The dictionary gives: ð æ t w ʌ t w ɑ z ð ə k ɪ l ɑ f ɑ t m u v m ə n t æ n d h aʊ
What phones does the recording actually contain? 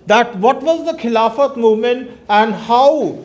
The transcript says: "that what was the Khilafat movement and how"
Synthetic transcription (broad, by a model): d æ t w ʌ t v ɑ z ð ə k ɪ l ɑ f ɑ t m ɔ m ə n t æ n d h aʊ